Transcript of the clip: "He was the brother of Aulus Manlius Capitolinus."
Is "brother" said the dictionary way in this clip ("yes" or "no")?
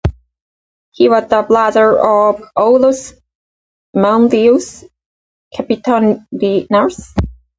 no